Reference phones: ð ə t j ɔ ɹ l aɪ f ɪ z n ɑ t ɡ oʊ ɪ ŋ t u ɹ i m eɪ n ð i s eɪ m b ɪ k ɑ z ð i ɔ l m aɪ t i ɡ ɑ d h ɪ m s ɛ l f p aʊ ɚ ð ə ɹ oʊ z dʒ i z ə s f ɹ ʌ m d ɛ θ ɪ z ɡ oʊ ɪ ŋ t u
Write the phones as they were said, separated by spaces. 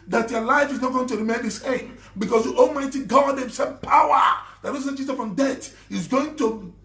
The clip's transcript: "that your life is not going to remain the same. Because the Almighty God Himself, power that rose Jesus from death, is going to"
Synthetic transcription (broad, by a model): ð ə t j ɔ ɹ l aɪ f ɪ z n ɑ t ɡ oʊ ɪ ŋ t u ɹ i m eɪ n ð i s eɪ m b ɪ k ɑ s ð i ɔ l m aɪ t i ɡ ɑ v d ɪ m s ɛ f p aʊ ɚ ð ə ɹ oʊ s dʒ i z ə f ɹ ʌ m d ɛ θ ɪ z ɡ oʊ ɪ ŋ t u